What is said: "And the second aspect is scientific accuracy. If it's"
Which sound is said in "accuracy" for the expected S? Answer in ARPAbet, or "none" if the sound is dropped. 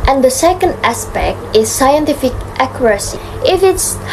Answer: S